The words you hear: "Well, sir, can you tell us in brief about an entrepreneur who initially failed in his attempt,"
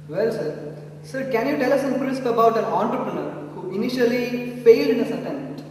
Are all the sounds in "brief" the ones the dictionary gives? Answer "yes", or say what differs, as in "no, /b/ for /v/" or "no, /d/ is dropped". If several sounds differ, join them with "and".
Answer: no, /p/ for /f/